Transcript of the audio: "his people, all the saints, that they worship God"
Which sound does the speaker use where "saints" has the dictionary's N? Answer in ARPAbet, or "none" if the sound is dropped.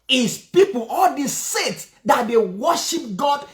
none